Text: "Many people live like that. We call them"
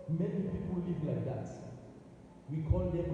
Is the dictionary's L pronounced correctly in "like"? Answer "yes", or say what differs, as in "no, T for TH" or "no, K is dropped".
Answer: yes